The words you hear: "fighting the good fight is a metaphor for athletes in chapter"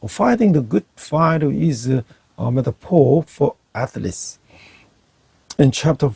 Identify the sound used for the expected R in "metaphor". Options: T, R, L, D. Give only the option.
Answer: L